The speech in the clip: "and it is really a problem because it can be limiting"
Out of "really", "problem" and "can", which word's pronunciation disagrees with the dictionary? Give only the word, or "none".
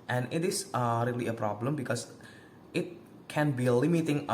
none